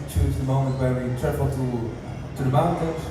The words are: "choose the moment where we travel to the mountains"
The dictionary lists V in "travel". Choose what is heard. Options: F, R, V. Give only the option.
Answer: F